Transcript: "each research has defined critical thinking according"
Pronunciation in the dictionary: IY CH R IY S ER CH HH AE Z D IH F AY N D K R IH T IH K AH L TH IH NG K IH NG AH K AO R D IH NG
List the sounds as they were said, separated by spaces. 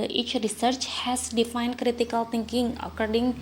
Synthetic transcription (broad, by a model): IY CH R IY S ER CH HH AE S D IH F AY N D K R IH T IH K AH L T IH NG K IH NG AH K AO R D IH NG